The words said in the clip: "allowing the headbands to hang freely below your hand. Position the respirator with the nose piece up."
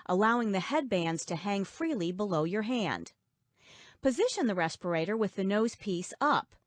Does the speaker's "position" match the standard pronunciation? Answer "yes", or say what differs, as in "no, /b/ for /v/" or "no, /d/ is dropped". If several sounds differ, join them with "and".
yes